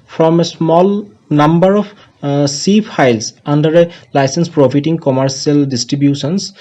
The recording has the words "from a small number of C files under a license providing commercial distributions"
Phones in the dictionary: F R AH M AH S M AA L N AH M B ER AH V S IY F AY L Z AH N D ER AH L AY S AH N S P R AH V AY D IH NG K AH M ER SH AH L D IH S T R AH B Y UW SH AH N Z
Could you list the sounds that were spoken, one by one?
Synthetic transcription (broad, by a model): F R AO M AH S M AA L N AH M B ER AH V S IY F AY L S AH N D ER AH L AY S AH N S P R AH F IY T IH NG K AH M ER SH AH L D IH S T R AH B Y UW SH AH N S